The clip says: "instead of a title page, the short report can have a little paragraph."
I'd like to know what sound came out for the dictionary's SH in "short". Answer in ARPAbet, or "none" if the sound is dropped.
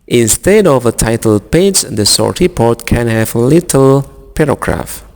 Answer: S